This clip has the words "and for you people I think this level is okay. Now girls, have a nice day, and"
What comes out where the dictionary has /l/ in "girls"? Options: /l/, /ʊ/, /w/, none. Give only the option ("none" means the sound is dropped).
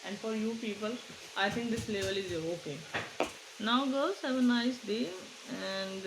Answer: none